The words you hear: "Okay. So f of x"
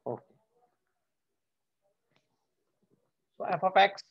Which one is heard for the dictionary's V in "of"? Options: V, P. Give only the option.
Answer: P